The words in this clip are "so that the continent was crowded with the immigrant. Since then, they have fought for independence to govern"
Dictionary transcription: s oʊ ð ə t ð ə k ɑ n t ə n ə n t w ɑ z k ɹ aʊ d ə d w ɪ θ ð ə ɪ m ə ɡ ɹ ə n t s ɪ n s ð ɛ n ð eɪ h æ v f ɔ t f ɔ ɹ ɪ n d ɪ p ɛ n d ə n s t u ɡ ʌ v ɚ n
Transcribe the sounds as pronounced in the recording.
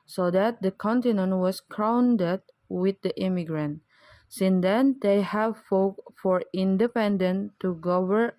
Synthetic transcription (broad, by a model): s oʊ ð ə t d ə k ɑ n t ə n ə n t w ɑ s k ɹ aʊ d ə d w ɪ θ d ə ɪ m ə ɡ ɹ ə n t s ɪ n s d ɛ n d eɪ h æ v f ɔ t f ɔ ɹ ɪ n d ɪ p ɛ n d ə n t u ɡ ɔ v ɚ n